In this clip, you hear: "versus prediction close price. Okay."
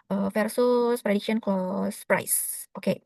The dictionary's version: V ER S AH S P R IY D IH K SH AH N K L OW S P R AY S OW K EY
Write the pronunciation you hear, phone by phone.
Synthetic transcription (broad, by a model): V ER S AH S P R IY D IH K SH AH N K OW S P R AY S OW K EY